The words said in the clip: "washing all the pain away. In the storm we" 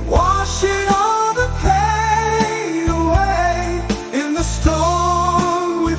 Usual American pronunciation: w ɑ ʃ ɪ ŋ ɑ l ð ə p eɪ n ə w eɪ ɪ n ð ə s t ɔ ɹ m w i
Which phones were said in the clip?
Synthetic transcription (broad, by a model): w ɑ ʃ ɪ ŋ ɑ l ð ə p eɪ ə w eɪ ɪ n ð ə s t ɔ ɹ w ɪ